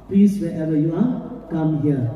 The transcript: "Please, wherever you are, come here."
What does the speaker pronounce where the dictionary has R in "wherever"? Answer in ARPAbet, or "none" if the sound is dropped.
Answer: none